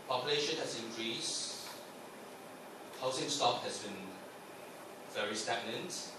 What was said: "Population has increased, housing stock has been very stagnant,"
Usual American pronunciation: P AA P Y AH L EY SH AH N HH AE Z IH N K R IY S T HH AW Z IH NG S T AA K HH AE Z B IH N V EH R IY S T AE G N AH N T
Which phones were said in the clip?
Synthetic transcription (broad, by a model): P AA P Y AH L EY SH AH N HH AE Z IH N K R IY S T HH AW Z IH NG S T AA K HH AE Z B IH N V EH R IY S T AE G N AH N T